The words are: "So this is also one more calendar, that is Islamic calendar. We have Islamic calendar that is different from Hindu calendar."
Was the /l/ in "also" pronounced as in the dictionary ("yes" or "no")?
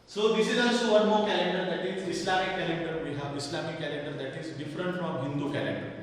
no